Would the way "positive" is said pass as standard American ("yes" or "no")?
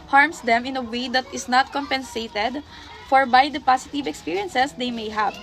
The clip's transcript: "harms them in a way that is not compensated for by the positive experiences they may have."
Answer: no